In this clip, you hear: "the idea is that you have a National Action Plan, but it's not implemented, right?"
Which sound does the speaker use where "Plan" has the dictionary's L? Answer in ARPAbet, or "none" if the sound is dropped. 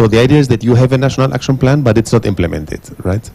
L